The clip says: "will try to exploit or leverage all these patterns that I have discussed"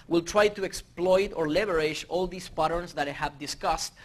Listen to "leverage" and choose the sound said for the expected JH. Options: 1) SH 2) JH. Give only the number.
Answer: 1